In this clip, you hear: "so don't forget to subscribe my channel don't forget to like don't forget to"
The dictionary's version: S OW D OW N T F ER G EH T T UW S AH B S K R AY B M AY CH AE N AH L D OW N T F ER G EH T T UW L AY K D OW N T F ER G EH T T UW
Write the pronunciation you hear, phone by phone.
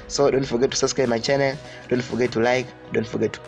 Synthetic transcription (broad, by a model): S OW D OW N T F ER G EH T T UW S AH S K AY M AY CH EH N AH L D OW N T F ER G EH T T UW L AY K D OW N T F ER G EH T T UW